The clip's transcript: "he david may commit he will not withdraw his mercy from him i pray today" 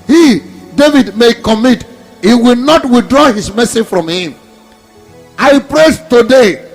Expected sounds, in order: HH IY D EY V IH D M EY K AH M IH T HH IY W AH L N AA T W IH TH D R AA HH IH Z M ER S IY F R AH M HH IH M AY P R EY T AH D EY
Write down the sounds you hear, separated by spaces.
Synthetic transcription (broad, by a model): HH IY D EY V IH D M EY K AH M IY T HH IY W AH L N AA T W IH TH D R AA HH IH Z M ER S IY F R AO M HH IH M AY P R EY T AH D EY